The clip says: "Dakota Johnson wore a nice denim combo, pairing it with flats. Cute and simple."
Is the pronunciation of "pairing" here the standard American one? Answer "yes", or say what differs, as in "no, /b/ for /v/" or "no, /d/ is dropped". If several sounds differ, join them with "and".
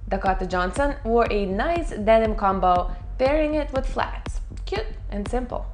no, /b/ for /p/